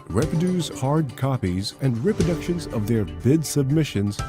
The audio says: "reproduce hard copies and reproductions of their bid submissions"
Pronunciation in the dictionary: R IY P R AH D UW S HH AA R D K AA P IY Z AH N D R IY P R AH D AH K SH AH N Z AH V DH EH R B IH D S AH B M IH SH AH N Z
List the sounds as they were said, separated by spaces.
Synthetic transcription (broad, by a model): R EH P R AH D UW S HH AA R D K AA P IY Z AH N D R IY P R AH D AH K SH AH N Z AH V DH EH R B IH D S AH B M IH SH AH N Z